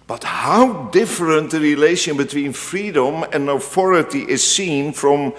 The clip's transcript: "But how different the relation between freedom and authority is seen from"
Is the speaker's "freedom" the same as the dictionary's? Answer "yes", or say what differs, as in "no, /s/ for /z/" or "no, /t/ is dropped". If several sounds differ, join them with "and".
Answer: yes